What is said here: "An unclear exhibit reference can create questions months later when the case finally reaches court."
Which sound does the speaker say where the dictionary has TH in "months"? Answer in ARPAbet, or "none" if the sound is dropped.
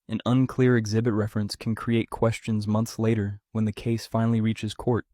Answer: TH